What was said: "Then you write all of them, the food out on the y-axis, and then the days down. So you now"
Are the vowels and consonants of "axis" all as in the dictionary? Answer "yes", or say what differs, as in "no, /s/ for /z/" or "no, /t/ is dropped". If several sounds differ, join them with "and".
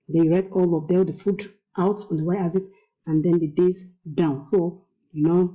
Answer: no, /k/ is dropped